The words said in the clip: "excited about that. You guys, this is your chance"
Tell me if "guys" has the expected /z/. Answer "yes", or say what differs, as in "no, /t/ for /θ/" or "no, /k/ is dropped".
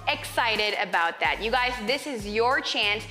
yes